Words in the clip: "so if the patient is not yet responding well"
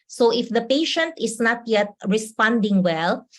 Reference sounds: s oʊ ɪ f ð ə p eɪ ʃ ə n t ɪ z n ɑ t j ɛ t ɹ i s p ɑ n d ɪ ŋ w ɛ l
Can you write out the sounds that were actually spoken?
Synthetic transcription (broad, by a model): s oʊ ɪ f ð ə p eɪ ʃ ə n t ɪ s n ɑ t j ɛ t ɹ i s p ɑ n d ɪ ŋ w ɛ l